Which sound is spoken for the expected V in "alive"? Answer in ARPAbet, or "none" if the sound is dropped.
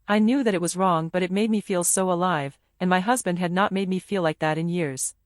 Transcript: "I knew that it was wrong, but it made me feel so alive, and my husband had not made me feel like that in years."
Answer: V